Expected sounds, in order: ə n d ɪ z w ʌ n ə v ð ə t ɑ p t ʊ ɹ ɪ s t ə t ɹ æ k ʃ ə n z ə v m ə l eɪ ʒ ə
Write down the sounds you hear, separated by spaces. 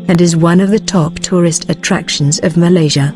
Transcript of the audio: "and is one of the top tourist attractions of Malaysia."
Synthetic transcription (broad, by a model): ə n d ɪ z w ʌ n ə v ð ə t ɑ p t ʊ ɹ ɪ s t ə t ɹ æ k ʃ ə n z ə v m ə l eɪ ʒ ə